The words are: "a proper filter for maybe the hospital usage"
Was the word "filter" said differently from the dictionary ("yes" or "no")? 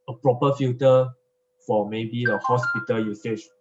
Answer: yes